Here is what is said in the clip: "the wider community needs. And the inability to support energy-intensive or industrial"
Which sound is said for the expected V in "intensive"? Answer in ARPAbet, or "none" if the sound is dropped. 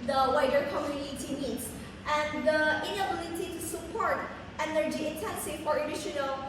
none